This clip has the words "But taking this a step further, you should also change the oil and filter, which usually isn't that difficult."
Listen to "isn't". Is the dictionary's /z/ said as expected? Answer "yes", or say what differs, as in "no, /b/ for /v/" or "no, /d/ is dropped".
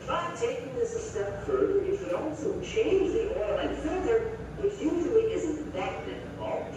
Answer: yes